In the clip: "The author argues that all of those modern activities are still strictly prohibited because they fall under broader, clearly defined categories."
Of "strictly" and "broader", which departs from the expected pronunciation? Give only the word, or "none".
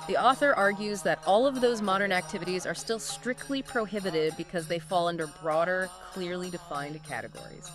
none